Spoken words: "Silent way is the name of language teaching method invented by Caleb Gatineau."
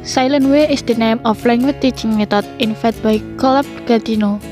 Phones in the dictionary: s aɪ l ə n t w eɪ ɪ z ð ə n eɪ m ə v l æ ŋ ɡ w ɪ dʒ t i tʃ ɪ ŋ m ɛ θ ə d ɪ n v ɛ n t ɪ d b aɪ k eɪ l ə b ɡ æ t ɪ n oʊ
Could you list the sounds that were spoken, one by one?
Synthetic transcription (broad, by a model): s aɪ l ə n w eɪ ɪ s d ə n eɪ m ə f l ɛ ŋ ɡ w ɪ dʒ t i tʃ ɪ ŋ m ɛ t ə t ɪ n f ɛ t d b aɪ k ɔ l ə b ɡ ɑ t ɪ n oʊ